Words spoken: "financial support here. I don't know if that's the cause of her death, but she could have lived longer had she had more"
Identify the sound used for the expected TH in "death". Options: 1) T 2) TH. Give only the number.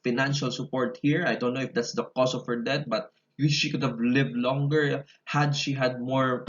1